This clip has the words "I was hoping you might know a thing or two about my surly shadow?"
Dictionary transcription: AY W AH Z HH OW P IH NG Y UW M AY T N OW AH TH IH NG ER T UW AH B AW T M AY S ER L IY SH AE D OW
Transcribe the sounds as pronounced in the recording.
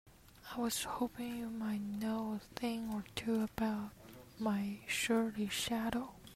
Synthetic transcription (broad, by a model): AY W AH Z HH OW P IH NG Y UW M AY T N OW AH TH IH NG ER T UW AH B AW T M AY SH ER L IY SH AE D OW